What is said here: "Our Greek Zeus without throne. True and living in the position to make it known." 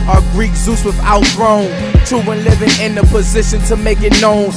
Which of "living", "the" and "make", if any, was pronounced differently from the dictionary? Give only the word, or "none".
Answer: none